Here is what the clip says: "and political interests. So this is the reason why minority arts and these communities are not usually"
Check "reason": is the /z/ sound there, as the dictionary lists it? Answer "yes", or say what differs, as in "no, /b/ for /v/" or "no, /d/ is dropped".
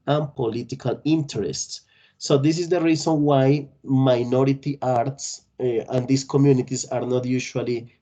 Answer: no, /s/ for /z/